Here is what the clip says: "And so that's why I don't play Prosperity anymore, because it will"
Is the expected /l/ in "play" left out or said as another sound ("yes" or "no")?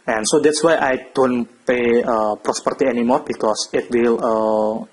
yes